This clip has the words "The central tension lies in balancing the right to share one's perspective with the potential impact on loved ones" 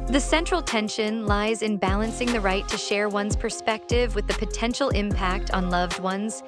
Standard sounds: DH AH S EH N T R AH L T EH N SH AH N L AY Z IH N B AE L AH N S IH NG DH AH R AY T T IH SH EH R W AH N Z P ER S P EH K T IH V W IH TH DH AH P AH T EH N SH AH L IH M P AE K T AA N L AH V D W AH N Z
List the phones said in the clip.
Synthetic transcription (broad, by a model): DH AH S EH N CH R L T EH N SH AH N L AY Z IH N B AE L AH N S IH NG DH AH R AY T T IH SH EH R W AH N Z P ER S P EH K T IH V W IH DH AH P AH T EH N SH L IH M P AE K T N L AH V D W AH N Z